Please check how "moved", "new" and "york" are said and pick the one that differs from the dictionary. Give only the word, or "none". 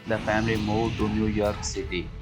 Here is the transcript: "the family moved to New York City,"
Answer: moved